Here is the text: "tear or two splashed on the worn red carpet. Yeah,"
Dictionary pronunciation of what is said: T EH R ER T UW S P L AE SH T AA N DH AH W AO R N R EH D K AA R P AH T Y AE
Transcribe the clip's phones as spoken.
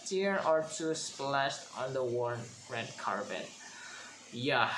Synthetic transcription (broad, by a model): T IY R ER T UW S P L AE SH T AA N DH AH W AO R N R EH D K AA R B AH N Y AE